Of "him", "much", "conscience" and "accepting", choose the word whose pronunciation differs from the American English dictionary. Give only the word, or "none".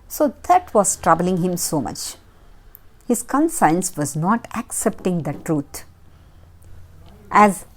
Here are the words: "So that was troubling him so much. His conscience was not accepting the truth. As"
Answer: conscience